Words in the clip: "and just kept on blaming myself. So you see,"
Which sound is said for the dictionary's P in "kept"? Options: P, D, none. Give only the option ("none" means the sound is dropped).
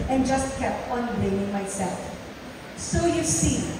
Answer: P